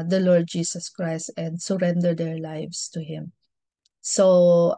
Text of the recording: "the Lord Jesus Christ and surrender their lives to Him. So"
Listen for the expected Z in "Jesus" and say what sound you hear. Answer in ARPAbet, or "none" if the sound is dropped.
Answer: S